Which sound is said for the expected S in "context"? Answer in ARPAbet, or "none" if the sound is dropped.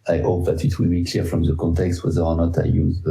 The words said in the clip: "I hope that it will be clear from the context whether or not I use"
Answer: S